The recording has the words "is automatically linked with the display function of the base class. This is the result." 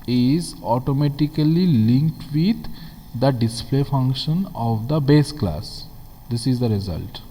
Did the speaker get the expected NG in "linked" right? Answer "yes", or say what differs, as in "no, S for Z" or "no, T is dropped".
yes